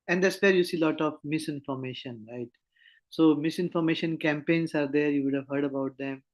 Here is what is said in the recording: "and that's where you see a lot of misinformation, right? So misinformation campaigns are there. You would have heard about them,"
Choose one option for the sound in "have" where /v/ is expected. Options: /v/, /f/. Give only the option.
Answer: /v/